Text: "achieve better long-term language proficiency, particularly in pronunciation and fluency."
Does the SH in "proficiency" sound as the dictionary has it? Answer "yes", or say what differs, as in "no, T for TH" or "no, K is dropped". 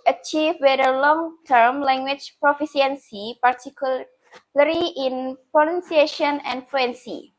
no, S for SH